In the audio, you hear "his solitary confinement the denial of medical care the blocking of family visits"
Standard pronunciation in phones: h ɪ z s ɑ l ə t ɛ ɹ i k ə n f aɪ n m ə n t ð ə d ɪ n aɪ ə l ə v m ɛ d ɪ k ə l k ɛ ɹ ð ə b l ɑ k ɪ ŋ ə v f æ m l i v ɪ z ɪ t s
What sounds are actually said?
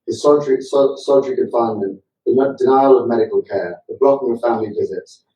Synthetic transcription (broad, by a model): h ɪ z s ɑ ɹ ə s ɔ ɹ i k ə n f aɪ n ə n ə d ɪ n aɪ ə l ə v m ɛ d ɪ k ə l k ɛ ð ə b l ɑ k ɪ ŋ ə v f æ m l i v ɪ z ɪ t s